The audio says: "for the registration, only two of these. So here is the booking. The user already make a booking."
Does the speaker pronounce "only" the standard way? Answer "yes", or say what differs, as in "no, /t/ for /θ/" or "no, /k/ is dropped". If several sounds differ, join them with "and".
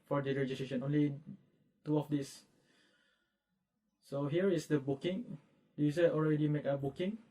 yes